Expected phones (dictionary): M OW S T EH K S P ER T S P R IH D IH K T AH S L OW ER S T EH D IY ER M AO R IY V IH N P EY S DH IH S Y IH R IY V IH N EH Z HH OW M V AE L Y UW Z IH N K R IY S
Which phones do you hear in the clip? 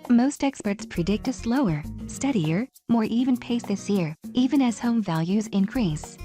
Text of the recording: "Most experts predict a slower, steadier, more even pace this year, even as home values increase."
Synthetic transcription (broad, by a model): M OW S T EH K S P ER T S P R IH D IH K T AH S L OW ER S T EH D IY ER M AO R IY V IH N P EY S DH IH S Y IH R IY V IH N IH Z HH OW M V AE L Y UW Z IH N K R IY S